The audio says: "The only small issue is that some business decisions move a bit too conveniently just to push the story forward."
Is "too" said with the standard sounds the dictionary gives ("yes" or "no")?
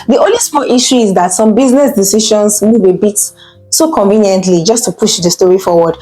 no